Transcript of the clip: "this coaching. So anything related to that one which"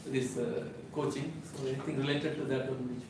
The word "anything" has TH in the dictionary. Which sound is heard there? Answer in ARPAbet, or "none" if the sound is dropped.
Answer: T